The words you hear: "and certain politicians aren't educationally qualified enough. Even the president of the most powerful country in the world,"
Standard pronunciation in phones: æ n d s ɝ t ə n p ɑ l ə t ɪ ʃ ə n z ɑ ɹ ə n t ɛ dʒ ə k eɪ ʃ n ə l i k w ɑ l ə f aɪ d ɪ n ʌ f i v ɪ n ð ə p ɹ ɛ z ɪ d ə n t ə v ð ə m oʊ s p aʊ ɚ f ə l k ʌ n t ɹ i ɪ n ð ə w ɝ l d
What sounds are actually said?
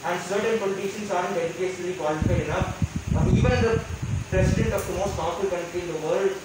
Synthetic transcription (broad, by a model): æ n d s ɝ t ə n p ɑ l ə t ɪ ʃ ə n s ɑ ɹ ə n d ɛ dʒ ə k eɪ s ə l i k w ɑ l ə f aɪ ɪ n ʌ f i v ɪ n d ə p ɹ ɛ s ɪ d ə n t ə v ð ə m oʊ s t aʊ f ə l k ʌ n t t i ɪ n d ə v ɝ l d